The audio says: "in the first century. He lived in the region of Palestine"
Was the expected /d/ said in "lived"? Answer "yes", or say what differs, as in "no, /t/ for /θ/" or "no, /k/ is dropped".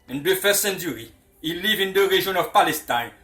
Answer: no, /d/ is dropped